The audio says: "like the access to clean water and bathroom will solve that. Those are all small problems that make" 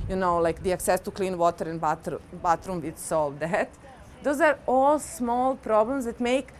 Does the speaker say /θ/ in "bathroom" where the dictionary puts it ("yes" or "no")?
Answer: no